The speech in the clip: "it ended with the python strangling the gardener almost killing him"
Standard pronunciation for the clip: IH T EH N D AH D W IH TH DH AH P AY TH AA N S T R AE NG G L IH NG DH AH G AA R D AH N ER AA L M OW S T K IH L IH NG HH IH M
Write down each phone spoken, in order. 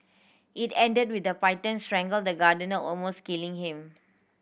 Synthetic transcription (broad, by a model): IH T EH N D AH D W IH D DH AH P AY T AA N S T R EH NG G IH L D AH G AA D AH N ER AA L M OW S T K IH L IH NG HH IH M